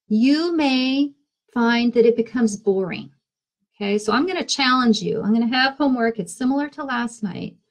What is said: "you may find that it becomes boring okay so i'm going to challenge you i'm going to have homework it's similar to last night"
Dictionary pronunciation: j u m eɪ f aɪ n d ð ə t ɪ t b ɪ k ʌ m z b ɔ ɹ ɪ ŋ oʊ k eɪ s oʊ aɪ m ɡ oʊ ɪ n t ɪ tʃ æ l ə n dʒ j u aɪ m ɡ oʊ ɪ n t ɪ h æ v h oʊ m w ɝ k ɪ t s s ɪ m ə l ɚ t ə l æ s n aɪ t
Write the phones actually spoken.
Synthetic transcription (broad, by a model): j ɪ m eɪ f aɪ n ð ə t ɪ t b ɪ k ʌ m z b ɔ ɹ ɪ ŋ oʊ k eɪ s oʊ aɪ m ɡ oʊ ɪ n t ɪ tʃ æ l ə n dʒ j u aɪ m ɡ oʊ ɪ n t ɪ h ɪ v h oʊ m w ɝ k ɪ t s s ɪ m l ɚ t ə l æ s n aɪ t